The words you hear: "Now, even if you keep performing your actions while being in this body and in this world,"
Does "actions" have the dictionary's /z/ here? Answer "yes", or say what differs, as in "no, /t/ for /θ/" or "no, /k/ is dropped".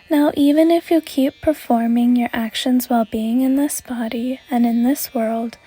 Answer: yes